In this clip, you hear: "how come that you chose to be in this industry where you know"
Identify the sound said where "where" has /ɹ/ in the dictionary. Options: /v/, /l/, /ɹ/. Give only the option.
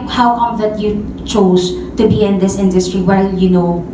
/l/